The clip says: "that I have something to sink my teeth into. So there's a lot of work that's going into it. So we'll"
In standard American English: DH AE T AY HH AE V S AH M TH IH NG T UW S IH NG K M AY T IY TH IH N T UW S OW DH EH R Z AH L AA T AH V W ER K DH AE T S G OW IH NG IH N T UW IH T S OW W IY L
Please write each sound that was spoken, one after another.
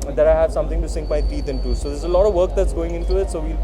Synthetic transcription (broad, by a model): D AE T AY HH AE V S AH M T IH NG T UW S IH NG K M AY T IY T IH N T UW S OW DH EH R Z AH L AA T AH V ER K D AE T S G OW IH NG IH N T UW IH T S OW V IY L